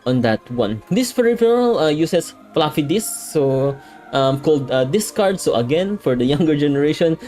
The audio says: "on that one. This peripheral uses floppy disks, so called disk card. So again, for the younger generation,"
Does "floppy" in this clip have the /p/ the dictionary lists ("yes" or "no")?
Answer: no